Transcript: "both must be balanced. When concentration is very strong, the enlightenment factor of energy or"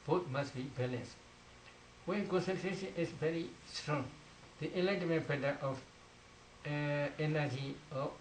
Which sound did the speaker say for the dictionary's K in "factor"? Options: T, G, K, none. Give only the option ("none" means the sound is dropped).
none